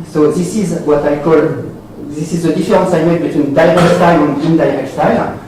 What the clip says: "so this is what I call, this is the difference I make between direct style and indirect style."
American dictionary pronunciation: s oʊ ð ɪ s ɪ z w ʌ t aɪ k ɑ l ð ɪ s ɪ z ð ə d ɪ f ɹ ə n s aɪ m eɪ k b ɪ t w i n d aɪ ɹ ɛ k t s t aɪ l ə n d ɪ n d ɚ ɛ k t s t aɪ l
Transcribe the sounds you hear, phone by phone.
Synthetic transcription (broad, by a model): s oʊ ð ɪ s ɪ z w ʌ t aɪ k ɑ l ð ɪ s ɪ z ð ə d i f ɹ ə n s aɪ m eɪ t b ɪ t w i n d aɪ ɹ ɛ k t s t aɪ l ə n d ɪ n d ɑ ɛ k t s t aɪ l